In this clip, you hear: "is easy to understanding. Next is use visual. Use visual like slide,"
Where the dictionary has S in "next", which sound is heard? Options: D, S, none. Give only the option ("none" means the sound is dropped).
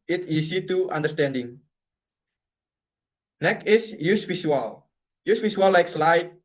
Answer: none